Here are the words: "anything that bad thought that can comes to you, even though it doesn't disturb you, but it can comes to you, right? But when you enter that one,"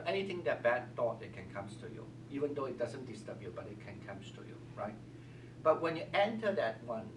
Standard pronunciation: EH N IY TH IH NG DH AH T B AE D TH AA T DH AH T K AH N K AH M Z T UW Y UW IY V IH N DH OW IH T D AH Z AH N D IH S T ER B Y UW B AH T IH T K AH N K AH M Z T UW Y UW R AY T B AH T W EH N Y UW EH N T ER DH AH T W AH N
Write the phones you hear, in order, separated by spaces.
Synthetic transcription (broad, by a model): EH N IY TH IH NG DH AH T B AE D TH AA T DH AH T K AH N K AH M S T UW Y UW IY V IH N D OW IH T D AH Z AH N D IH S T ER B Y UW B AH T IH T K AH N K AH M S T UW Y UW R AY T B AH T W EH N Y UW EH N T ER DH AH T W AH N